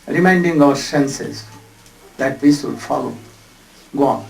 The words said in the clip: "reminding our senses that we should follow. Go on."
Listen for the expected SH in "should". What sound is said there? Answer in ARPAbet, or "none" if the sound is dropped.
S